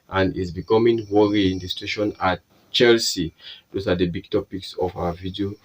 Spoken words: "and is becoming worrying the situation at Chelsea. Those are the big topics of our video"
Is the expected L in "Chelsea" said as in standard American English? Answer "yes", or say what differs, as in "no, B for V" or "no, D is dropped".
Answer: yes